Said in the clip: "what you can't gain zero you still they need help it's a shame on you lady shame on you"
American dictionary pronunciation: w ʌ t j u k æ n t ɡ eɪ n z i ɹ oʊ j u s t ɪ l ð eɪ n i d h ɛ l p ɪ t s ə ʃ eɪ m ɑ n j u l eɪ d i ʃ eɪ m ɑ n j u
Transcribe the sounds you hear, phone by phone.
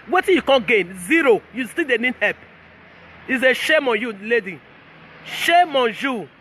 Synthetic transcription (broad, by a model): w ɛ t j u k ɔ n ɡ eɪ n z i ɹ oʊ j u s t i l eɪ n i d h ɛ p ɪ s ə ʃ eɪ m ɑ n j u l eɪ d i ʃ eɪ m ɑ n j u